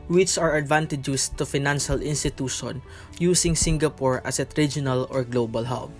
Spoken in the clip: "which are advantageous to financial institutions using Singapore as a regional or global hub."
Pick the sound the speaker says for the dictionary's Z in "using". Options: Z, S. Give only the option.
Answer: S